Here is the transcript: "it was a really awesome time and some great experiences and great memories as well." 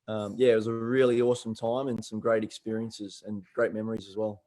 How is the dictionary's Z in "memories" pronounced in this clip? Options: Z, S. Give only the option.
Z